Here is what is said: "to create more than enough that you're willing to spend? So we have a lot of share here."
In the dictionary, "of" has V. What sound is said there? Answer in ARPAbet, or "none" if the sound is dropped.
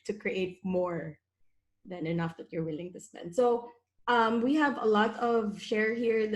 V